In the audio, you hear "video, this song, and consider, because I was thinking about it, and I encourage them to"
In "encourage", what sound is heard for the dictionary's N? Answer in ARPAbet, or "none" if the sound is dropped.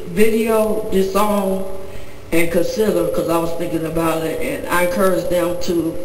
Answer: none